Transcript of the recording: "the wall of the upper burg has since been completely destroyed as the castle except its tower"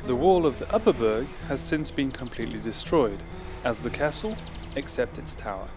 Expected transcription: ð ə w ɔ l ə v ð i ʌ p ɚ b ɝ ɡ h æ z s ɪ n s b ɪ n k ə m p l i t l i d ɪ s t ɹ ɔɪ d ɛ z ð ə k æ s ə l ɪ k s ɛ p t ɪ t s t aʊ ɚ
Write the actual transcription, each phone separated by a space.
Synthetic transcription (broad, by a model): ð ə w ɔ l ə v ð i ʌ p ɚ b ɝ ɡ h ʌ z s ɪ n s b ɪ n k ə m p l i t l i d ɪ s t ɹ ɔɪ d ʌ z ð ə k æ s ə l ɪ k s ɛ p t ɪ t s t aʊ ɚ